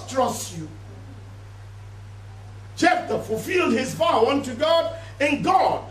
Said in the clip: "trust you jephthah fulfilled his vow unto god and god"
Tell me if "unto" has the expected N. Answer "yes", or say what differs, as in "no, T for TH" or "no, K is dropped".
yes